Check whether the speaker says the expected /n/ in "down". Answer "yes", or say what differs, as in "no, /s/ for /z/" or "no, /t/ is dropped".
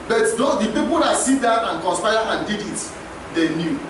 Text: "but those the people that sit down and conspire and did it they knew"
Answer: no, /n/ is dropped